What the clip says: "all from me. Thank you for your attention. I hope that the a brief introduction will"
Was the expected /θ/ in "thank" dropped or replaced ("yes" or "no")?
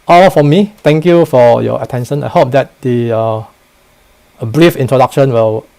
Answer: yes